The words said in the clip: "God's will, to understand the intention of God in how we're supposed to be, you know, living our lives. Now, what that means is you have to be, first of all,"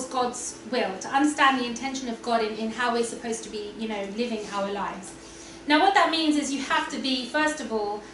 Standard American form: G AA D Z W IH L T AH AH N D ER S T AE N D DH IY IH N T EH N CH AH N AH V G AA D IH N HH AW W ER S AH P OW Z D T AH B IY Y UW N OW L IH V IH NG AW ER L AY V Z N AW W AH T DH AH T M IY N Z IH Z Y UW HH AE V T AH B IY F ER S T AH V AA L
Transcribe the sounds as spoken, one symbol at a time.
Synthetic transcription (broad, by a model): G AA D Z W IH L T AH AH N D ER S T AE N DH IY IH N T EH N SH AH N AH V G AA D IH N HH AW W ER S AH P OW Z T AH B IY Y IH N OW L IH V IH NG AW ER L AY V Z N AW W AH T DH AH T M IY N Z IH Z Y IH HH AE F T AH B IY F ER S T AH V AA L